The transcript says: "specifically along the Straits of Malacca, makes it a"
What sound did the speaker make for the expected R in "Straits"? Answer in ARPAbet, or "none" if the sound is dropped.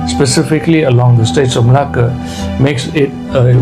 none